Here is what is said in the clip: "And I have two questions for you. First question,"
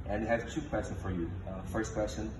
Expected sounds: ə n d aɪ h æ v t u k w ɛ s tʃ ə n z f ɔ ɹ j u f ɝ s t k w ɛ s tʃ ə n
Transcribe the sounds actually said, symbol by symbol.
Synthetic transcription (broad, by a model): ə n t h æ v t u k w ɛ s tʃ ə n f ɔ ɹ j u f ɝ s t k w ɛ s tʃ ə n